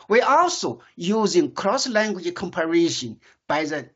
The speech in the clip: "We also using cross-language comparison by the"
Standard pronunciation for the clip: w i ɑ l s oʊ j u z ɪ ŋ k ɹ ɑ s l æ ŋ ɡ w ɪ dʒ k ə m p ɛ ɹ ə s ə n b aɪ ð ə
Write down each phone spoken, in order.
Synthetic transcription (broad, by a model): w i ɑ l s oʊ j u z ɪ ŋ k ɹ ɑ s l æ ŋ ɡ w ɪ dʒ k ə m p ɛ ɹ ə ʃ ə n b aɪ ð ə